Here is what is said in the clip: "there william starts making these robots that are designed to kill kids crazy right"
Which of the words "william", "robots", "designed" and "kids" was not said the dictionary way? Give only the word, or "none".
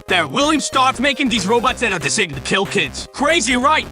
designed